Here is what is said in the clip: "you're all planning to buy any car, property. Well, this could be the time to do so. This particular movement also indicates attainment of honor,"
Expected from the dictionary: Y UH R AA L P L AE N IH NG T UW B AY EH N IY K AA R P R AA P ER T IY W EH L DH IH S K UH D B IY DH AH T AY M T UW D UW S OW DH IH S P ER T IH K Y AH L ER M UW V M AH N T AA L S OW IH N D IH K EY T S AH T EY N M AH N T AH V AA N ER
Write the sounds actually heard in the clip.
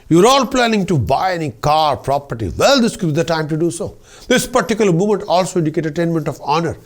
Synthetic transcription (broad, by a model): Y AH R AA L P L AE N IH NG T UW B AY EH N IY K AA R P R AA P ER T IY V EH L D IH S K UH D B IY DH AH T AY M T UW D UW S OW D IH S P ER T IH K Y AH L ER M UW M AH N T AA L S OW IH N D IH K EY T AH T EY N M AH N T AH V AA N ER